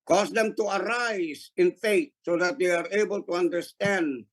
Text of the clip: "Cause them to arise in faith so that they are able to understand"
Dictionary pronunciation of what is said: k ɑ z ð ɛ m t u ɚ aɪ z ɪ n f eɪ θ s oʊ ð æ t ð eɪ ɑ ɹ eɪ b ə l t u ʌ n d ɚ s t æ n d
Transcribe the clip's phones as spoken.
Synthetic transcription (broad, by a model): k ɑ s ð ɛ m t u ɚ aɪ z ɪ n f eɪ t s oʊ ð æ t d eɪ ɑ ɹ eɪ b ə l t u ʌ n d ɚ s t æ n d